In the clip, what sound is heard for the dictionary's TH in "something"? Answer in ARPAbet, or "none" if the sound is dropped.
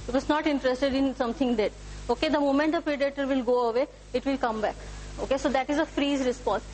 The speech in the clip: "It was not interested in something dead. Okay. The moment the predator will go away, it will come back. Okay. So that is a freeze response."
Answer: T